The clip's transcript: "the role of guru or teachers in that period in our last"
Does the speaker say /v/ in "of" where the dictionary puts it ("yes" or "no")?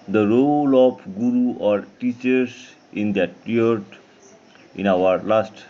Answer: no